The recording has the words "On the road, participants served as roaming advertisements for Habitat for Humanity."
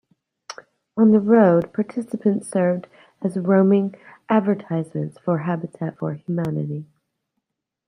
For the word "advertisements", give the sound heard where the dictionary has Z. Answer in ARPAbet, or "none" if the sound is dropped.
Z